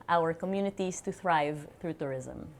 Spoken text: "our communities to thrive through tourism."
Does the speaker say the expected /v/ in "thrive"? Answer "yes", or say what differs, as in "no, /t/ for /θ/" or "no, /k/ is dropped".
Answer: yes